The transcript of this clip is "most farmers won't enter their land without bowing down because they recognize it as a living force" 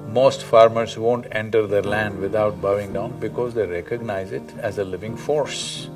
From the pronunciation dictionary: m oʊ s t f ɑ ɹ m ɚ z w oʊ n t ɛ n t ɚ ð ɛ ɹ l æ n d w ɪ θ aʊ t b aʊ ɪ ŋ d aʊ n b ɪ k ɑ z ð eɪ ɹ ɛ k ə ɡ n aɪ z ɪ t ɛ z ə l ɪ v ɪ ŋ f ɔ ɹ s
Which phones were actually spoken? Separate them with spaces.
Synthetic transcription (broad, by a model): m oʊ s t f ɑ ɹ m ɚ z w oʊ n t ɛ n t ɚ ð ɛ ɹ l æ n d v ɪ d aʊ t b aʊ ɪ ŋ d aʊ n b ɪ k ɑ z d eɪ ɹ ɛ k ə ɡ n aɪ z ɪ t ɛ z ə l ɪ v ɪ ŋ f ɔ ɹ s